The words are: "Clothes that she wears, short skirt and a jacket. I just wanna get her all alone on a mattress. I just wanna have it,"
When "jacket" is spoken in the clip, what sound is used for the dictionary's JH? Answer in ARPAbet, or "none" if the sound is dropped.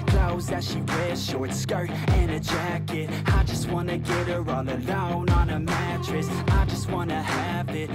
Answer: JH